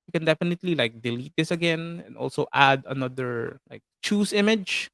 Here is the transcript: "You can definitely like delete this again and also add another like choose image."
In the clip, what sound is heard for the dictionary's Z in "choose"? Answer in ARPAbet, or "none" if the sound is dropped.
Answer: S